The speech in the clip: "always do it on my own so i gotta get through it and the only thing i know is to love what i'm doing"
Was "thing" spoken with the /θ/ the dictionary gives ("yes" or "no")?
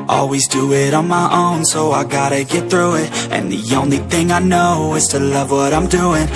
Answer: yes